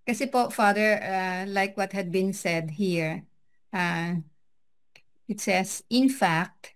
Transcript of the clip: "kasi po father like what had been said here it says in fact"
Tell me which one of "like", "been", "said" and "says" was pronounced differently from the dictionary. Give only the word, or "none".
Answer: says